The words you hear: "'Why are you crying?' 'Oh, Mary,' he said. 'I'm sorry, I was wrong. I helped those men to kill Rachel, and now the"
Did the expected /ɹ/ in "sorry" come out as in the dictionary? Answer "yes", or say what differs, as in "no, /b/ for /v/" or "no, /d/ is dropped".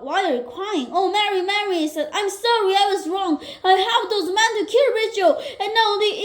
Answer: yes